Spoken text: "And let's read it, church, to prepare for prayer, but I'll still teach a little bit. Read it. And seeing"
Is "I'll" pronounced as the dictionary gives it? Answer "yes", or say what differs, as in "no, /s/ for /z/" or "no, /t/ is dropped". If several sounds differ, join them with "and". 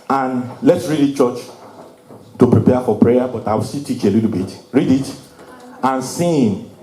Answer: no, /w/ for /l/